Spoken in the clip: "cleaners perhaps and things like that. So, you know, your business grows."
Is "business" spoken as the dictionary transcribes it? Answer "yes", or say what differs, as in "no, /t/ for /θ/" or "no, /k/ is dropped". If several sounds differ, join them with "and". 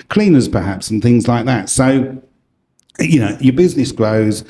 yes